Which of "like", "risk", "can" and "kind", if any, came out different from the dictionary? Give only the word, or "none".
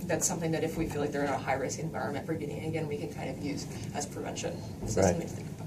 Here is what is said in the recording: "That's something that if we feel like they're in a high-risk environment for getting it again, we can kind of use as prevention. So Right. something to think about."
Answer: risk